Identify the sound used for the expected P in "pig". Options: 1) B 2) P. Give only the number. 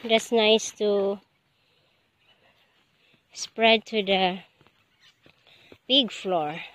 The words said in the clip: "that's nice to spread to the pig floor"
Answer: 1